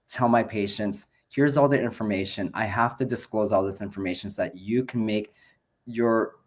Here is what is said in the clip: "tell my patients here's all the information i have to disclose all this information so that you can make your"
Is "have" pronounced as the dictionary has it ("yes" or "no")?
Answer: no